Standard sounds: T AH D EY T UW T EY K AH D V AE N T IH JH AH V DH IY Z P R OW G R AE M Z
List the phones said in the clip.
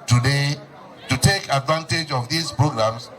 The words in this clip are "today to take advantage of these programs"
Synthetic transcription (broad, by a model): T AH D EY T UW T EY K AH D V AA N T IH JH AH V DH IY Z P R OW G R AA M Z